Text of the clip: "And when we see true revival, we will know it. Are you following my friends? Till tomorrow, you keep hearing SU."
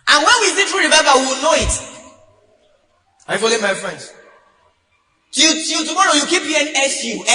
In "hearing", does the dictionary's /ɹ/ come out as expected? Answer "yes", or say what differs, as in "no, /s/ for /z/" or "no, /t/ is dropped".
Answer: no, /ɹ/ is dropped